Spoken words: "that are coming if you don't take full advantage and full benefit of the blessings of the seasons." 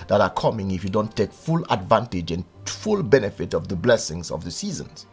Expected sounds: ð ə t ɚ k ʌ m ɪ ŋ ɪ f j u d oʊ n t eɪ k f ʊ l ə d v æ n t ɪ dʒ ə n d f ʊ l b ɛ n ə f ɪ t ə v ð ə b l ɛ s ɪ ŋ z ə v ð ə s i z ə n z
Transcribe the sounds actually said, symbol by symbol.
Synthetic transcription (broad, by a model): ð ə t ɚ k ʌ m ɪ ŋ ɪ f j u d oʊ n t eɪ k f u l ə d v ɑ n t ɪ dʒ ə n f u l b ɛ n ə f ɪ t ə v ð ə b l ɛ s ɪ ŋ z ə v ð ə s i z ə n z